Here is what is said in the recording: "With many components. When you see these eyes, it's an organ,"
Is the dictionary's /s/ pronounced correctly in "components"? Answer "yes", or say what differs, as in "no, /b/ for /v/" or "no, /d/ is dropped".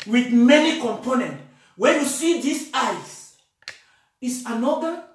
no, /s/ is dropped